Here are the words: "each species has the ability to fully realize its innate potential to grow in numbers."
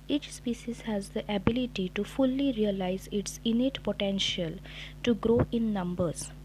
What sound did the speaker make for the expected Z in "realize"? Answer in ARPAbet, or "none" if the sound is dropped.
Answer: Z